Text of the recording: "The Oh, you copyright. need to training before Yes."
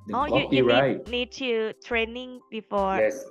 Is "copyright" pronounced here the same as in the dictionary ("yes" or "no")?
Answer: no